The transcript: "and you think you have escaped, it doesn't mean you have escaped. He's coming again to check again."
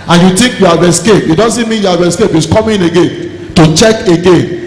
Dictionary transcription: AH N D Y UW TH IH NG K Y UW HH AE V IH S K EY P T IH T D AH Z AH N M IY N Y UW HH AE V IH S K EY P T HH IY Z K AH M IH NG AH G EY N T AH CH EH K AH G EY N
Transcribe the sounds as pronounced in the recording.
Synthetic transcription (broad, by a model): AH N Y UW T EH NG K Y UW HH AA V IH S K EY P IH T D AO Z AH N M IY N Y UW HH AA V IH S K EY P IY S K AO M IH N AH G EY N T AH CH EH K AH G EY N